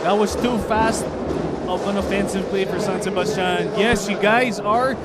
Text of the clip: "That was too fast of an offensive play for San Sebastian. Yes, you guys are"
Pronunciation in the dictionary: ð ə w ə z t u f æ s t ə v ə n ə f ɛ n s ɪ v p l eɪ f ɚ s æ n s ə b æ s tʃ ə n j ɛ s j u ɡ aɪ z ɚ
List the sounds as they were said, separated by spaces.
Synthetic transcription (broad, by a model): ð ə w ə z t u f æ s t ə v ə n ə f ɛ n s ɪ v p l eɪ f ɚ s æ n s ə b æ s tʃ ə n j ɛ s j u ɡ aɪ z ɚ